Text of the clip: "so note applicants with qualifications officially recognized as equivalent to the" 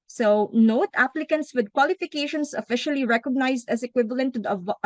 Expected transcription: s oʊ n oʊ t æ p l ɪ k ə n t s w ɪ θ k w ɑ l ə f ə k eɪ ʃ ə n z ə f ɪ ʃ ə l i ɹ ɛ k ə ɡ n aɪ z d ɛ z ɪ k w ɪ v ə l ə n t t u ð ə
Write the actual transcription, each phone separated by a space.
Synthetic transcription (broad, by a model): s oʊ n oʊ t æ p l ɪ k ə n t s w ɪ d k w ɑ l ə f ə k eɪ ʃ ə n s ə f ɪ ʃ ə l i ɹ ɛ k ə ɡ n aɪ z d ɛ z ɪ k w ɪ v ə l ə n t t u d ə